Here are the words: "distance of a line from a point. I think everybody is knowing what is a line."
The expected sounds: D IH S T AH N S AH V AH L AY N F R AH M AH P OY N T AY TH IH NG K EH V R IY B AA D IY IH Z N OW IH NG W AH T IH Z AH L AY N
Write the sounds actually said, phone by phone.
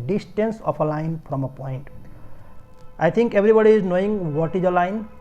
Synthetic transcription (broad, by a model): D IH S T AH N S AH P AH L AY N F R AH M AH P OY N T AY T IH NG K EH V R IY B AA D IY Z N OW IH NG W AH T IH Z AH L AY N